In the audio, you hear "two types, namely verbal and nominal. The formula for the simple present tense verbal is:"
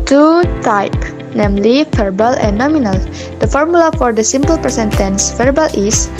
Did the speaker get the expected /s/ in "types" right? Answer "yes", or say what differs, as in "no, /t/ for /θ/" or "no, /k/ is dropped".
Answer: no, /s/ is dropped